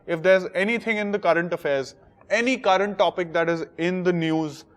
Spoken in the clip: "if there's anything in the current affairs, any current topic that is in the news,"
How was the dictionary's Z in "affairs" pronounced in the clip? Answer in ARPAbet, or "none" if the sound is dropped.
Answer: Z